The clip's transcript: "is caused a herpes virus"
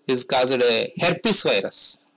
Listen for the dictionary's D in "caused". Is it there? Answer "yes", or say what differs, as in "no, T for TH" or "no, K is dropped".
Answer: yes